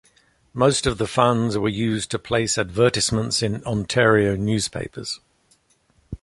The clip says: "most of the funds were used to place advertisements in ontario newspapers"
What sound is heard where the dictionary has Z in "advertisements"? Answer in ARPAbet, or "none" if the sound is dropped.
S